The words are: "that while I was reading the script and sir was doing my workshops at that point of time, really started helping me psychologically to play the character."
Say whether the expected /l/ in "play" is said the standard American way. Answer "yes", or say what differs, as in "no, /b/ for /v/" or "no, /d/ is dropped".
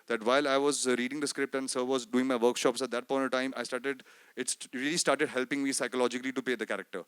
no, /l/ is dropped